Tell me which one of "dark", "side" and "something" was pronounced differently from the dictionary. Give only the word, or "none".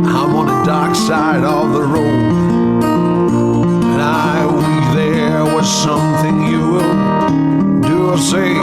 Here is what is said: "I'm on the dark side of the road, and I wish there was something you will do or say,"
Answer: none